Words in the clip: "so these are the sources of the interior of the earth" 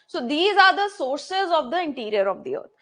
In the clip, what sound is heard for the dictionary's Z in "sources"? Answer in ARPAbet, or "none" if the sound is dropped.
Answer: Z